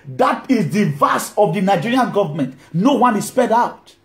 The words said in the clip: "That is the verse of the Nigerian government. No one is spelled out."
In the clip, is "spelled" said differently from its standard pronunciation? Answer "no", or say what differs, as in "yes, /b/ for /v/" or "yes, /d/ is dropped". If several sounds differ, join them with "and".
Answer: yes, /l/ is dropped